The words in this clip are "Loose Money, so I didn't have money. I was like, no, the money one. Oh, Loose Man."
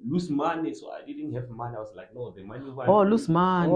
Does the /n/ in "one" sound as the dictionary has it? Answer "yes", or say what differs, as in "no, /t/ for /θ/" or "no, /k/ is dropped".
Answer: no, /n/ is dropped